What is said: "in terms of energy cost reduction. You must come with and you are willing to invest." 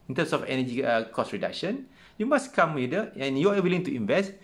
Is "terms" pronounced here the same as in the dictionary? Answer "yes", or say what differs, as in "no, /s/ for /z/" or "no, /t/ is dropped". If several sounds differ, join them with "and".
no, /s/ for /z/